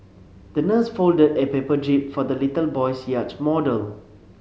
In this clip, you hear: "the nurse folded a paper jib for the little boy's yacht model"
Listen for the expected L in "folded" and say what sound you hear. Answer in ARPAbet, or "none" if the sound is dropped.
L